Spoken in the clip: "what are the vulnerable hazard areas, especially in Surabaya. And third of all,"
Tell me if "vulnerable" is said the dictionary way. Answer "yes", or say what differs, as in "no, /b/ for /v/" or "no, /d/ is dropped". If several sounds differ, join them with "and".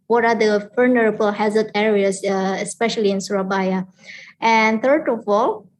no, /f/ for /v/